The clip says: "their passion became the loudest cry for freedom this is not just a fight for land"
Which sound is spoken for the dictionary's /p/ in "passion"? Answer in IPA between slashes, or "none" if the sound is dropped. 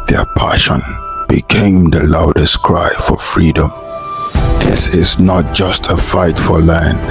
/p/